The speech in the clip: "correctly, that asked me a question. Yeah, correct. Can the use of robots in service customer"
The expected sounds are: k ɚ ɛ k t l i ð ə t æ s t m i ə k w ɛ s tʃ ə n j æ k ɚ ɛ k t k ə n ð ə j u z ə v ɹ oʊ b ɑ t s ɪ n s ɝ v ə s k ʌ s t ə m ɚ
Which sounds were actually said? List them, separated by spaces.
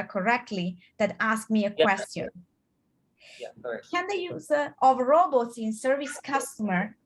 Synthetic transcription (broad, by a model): k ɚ ɛ k t l i ð ə t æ s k m i ə k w ɛ s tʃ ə n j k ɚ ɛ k k ə n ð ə j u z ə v ɹ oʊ b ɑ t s ɪ n s ɝ v ə s k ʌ s t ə m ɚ